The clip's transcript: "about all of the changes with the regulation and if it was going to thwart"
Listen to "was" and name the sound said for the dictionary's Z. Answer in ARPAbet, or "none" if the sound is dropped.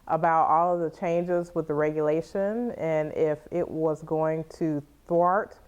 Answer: Z